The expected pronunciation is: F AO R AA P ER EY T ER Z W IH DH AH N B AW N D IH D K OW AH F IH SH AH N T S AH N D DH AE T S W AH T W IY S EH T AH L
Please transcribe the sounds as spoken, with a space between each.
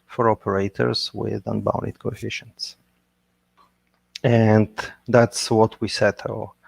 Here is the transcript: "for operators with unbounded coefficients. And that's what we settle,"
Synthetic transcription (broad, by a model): F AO R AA P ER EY T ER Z W IH DH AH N B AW N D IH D K OW AH F IH SH AH N T S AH N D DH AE T S W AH T W IY S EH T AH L